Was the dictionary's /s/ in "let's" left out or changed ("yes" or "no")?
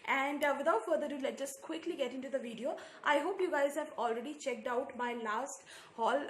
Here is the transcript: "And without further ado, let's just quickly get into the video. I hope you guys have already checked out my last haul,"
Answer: yes